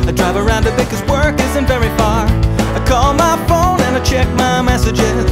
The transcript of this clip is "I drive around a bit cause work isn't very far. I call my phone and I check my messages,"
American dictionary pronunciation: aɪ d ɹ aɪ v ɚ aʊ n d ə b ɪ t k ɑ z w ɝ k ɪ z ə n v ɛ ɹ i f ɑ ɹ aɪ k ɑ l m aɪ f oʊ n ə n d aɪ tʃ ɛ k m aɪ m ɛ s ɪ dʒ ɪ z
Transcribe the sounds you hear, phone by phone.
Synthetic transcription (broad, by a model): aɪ d ɹ aɪ v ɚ aʊ n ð ə b ɪ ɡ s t w ɝ k ɪ z ə n v ɛ ɹ i f ɑ ɹ aɪ k ɑ l m aɪ f oʊ n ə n aɪ tʃ ɛ k m aɪ m ɛ s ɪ dʒ ɪ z